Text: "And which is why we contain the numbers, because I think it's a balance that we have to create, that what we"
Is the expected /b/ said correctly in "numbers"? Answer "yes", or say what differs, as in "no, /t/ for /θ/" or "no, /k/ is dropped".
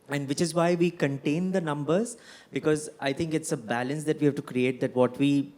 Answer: yes